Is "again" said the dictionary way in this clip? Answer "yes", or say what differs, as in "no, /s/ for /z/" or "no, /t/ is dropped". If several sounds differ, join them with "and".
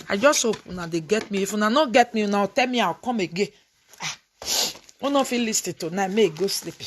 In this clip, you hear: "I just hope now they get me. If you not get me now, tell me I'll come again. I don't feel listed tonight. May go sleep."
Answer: no, /n/ is dropped